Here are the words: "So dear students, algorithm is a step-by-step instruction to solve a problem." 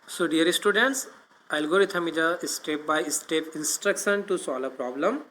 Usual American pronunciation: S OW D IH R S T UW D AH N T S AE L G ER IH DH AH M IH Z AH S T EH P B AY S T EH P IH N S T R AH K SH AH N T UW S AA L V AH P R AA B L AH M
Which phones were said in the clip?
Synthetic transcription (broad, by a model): S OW D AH R S T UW D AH N T S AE L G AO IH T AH M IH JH AH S T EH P B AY S T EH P IH N S T R AH K SH AH N T UW S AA L AH P R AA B L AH M